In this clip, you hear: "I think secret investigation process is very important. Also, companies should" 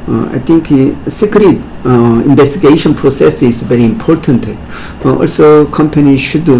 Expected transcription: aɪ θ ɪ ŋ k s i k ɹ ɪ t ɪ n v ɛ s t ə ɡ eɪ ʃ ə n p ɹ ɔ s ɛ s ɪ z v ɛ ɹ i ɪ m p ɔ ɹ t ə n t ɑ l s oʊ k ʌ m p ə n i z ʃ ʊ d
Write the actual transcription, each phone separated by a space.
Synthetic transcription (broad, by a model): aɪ t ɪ ŋ k s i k ɹ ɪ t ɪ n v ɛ s t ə ɡ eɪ ʃ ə n p ɹ ɔ s ɛ s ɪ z v ɛ ɹ i ɪ m p ɔ ɹ t ə n t ɑ l s oʊ k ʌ m p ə n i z ʃ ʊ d